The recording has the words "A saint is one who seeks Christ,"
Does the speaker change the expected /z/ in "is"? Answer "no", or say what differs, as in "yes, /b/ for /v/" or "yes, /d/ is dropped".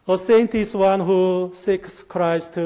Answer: yes, /s/ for /z/